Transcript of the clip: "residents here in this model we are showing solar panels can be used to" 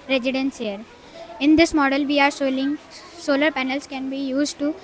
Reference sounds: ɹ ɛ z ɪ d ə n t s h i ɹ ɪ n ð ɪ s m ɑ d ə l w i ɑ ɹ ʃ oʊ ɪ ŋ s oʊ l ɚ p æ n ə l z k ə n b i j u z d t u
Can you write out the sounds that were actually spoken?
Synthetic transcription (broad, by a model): ɹ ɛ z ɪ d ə n s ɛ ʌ ɹ ɪ n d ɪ s m ɑ d ə l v i ɑ ɹ s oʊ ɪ ŋ s oʊ l ɚ p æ n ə l s k ə n b i j u z d t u